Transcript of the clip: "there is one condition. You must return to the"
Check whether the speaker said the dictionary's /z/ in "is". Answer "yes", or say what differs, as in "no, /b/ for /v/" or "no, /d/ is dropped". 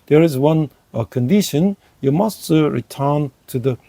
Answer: yes